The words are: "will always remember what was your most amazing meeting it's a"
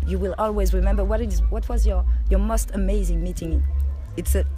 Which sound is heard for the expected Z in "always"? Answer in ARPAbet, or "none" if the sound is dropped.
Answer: Z